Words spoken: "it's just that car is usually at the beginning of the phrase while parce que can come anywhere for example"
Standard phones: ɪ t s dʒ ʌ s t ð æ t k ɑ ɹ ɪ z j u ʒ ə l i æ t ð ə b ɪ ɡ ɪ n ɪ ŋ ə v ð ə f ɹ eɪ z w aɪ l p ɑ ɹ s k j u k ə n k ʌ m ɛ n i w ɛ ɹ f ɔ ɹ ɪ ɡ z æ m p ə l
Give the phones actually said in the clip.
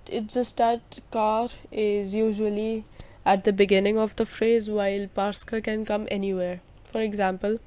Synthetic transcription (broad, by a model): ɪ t dʒ ʌ s t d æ t k ɑ ɹ ɪ z j u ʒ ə l i æ t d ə b ɪ ɡ ɪ n ɪ ŋ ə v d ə f ɹ eɪ z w aɪ l p ɑ ɹ s k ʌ k ə n k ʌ m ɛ n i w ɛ ɹ f ɔ ɹ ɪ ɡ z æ m p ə l